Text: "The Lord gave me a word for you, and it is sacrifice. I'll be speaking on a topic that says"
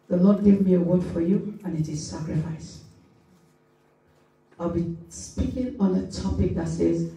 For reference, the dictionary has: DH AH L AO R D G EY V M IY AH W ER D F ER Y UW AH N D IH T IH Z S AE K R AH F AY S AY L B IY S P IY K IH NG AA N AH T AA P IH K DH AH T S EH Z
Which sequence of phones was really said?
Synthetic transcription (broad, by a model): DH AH L AO D G EY V M IY AH W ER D F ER Y UW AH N IH T IH Z S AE K R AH F AY S AY L B IY S P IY K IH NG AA N AH T AA P IH K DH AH T S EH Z